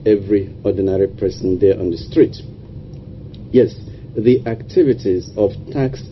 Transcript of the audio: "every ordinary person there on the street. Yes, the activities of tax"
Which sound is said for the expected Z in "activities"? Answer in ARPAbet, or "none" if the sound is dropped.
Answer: Z